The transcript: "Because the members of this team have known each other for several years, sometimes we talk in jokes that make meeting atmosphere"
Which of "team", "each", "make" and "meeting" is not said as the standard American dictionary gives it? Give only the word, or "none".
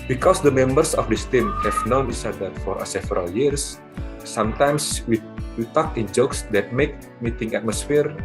each